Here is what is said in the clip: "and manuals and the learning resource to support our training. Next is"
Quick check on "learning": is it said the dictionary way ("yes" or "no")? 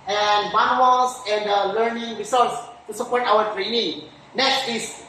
yes